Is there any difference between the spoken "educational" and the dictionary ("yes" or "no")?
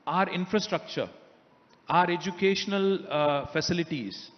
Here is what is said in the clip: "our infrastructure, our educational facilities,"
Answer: no